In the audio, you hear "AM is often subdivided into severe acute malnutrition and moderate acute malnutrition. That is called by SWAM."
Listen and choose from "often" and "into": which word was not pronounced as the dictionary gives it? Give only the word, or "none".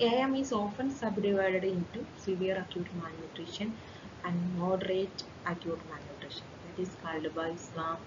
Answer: none